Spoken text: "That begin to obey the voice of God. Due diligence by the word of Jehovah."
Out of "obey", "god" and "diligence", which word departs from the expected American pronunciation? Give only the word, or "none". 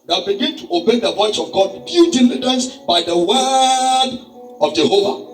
diligence